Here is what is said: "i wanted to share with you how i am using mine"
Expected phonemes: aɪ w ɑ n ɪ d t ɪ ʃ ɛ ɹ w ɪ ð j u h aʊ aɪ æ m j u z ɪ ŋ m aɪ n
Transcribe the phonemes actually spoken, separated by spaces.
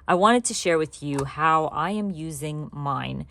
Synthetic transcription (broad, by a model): aɪ w ɑ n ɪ d t ɪ ʃ ɛ ɹ w ɪ ð j u h aʊ aɪ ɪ m j u z ɪ ŋ m aɪ n